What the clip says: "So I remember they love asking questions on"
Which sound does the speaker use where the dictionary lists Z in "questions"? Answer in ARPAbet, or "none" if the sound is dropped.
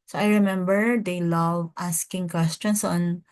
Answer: S